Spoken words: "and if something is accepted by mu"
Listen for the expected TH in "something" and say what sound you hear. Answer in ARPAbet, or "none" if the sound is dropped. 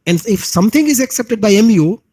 T